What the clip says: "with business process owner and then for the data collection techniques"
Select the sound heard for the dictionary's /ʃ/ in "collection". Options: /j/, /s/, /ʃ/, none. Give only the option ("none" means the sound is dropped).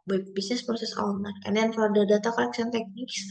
/s/